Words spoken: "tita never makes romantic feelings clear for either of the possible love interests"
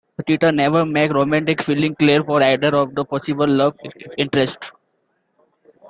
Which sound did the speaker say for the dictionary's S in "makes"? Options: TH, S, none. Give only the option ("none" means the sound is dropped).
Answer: none